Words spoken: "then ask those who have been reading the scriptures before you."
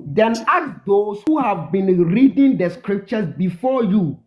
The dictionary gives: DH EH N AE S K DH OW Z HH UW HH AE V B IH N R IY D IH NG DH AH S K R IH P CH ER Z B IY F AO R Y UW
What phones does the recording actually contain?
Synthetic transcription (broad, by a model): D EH N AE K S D OW S HH UW HH AE V B IH N R IY D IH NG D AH S K R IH P CH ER S B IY F AO Y UW